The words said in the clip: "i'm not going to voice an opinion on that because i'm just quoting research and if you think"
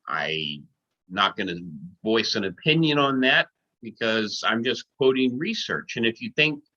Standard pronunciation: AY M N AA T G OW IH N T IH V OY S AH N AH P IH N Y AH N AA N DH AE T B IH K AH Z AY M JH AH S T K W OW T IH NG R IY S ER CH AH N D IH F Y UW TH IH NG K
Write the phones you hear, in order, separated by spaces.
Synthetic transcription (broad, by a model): AY N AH T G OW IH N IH V OY S AH N AH P IH N Y AH N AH N DH AE T B IH K AH Z AY M JH AH S K W OW T IH NG R IY S ER CH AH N IH F Y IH TH IH NG K